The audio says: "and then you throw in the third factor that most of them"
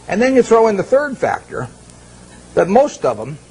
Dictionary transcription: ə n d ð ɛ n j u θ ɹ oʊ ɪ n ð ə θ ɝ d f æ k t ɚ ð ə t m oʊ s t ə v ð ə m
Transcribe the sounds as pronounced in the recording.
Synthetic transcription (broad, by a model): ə n ð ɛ n j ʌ θ ɹ oʊ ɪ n ð ə θ ɝ d f æ k t ɚ ð ə t m oʊ s t ə v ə m